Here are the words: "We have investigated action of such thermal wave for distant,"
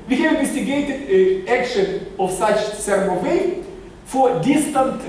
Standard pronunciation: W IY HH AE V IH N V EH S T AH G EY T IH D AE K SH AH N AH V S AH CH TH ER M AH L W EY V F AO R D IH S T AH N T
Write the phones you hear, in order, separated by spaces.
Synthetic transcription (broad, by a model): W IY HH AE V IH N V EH S T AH G EY T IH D AE K SH AH N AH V S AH CH S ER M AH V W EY F AO R D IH S T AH N T